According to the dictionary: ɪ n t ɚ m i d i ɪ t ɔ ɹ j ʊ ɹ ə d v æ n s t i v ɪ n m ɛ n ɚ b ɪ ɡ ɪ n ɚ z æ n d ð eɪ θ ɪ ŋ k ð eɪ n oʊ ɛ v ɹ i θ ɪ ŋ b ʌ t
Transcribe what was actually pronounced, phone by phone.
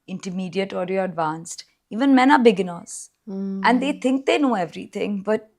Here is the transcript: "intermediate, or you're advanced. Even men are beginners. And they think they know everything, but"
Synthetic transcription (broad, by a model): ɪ n t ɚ m i d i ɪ t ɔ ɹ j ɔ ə d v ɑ n s t i v ɪ n m ɛ n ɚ b ɪ ɡ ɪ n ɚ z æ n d eɪ t ɪ ŋ k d eɪ n oʊ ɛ v ɹ i t ɪ ŋ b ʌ t